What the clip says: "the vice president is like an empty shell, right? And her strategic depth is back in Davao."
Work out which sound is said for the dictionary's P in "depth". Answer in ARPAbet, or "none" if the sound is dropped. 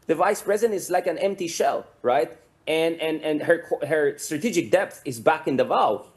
P